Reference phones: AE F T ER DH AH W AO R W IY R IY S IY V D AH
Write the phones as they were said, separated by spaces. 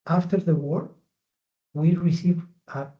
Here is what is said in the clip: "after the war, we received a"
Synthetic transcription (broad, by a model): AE F T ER DH AH W AO R W IY R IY S IY V AH